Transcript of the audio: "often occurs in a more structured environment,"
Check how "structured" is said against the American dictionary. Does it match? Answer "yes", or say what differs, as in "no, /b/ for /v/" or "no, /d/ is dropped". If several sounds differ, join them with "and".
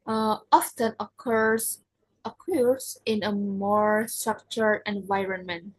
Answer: no, /d/ is dropped